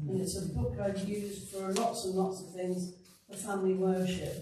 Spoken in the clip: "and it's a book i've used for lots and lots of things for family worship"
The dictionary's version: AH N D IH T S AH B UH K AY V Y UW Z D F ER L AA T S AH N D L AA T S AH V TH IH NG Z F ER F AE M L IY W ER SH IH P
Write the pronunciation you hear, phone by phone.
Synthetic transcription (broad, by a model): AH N IH T S AH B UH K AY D Y UW Z D F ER L AA T S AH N L AA T S AH V TH IH NG Z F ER F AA M L IY W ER SH IH P